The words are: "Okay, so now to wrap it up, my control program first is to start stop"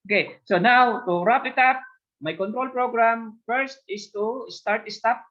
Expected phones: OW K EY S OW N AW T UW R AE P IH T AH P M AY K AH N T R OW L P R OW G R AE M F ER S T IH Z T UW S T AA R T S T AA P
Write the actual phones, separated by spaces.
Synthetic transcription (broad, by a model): OW K EY S OW N AW T UW R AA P IH T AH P M AY K AH N T R OW L P R OW G R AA M F ER S T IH S T UW S T AA R T S T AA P